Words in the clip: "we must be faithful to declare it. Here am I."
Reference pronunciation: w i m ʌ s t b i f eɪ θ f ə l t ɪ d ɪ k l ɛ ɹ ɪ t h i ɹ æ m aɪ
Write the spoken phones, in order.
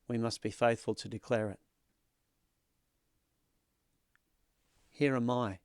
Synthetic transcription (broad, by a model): w i m ʌ s t b i f eɪ θ f ə l t ɪ d ɪ k l ɛ ɹ ɪ t h i ɹ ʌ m aɪ